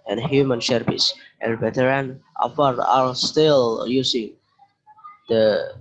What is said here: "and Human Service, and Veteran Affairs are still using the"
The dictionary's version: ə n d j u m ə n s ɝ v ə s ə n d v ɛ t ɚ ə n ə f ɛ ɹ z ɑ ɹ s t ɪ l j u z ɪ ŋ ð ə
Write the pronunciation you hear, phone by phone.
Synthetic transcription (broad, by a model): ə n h j u m ə n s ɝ p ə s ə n v ɛ t ɚ ə n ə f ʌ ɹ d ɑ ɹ s t ɪ l j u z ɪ ŋ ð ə